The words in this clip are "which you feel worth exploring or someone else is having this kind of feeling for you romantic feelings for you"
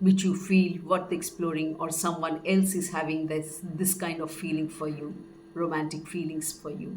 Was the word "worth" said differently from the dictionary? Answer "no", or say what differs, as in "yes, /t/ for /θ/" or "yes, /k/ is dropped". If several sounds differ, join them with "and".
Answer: yes, /t/ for /θ/